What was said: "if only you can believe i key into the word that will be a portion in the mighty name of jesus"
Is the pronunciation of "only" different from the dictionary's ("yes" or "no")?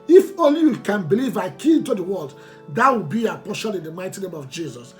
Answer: yes